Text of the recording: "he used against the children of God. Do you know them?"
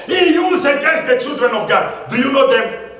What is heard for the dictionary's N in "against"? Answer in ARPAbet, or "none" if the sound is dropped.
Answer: none